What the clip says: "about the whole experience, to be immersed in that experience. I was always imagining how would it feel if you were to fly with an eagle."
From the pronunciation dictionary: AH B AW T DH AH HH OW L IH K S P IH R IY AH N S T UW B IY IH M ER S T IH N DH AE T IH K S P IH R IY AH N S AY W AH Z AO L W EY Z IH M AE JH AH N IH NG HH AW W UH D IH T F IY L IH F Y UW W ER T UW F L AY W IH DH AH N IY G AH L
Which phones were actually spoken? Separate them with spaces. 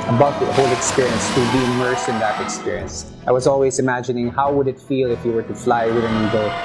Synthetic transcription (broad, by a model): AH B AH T HH OW L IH K S P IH R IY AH N S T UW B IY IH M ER S IH N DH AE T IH K S P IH R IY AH N S AY W AH Z AO L W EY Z IH M AE JH AH N IH NG HH AW W UH D IH T F IY L IH F Y UW W ER T UW F L AY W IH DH AH N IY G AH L